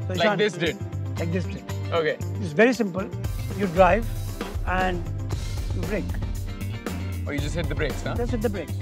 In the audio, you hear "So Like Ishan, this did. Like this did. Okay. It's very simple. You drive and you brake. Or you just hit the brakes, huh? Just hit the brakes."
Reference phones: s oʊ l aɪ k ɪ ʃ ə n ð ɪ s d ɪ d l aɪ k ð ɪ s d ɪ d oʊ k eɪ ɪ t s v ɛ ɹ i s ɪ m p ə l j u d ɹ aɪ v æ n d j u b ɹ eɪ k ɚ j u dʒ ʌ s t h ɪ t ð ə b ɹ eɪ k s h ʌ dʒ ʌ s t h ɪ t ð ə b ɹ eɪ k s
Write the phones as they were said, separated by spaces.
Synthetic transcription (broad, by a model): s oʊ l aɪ ɪ ə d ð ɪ s d ɪ d l aɪ k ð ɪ s d ɪ d oʊ k eɪ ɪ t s v ɛ ɹ i s ɪ m p ə l j u d ɹ aɪ v æ n d j u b ɹ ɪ k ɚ j u dʒ ʌ s t h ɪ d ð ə b ɹ eɪ k s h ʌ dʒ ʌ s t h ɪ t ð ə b ɹ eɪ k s